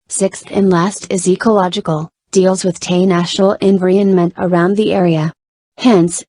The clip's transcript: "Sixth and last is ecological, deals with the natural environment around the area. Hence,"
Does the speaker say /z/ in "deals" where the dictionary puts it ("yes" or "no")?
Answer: yes